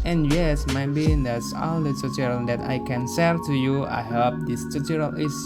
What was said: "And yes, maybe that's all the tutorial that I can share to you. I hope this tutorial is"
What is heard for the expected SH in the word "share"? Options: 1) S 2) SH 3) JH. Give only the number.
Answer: 1